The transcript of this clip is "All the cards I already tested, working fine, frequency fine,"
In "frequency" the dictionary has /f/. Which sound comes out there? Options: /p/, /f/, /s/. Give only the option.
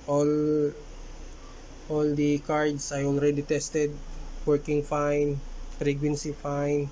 /p/